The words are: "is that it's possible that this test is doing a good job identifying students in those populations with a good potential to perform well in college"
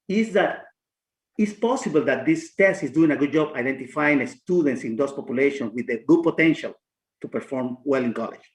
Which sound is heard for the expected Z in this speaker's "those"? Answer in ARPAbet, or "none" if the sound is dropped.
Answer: S